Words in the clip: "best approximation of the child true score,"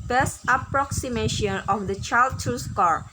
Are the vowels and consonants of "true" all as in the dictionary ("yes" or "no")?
no